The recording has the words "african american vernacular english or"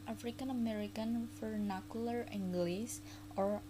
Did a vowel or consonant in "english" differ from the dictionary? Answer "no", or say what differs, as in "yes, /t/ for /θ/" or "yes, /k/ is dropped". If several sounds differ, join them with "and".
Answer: yes, /s/ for /ʃ/